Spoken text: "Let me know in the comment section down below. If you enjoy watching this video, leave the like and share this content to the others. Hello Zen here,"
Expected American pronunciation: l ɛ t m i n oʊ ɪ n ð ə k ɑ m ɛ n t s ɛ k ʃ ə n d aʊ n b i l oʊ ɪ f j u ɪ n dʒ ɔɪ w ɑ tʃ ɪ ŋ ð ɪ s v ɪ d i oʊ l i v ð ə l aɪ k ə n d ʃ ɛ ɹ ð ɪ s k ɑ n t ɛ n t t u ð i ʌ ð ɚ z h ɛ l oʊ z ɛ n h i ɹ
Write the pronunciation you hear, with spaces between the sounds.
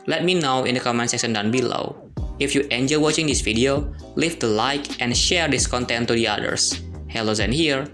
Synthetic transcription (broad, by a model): l ɛ t m i n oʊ ɪ n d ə k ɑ m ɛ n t s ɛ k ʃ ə n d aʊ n b i l oʊ ɪ f j u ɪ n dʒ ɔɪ w ɑ tʃ ɪ ŋ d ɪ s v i d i oʊ l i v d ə l aɪ k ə n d ʃ ɛ ɹ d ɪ s k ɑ n t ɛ n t t u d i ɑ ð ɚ s h ɛ l oʊ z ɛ n h i ɹ